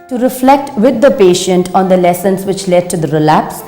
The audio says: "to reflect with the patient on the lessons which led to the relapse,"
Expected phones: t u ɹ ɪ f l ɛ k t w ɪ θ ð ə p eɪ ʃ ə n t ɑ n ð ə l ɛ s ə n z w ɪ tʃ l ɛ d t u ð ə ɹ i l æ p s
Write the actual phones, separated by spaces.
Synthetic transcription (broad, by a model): t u ɹ ɪ f l ɛ k t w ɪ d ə p eɪ ʃ ə n t ɑ n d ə l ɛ s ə n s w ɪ tʃ l ɛ d t u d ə ɹ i l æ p s